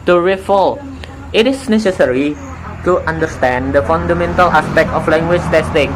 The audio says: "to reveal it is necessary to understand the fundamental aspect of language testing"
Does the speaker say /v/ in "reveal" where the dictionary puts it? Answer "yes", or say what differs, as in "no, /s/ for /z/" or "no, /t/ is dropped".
no, /f/ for /v/